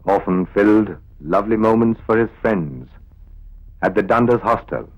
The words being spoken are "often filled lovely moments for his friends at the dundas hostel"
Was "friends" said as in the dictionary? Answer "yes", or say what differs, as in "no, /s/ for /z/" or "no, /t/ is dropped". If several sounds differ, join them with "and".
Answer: yes